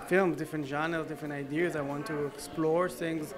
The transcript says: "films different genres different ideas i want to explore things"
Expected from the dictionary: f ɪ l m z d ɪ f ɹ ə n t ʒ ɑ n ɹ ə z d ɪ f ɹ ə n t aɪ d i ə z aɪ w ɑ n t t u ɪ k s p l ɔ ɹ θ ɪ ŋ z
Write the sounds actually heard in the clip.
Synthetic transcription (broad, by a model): f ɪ l m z d ɪ f ɹ ə n t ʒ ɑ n ə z d ɪ f ɹ ə n t aɪ d i ə z aɪ w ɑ n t t u ɪ k s p l ɔ ɹ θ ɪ ŋ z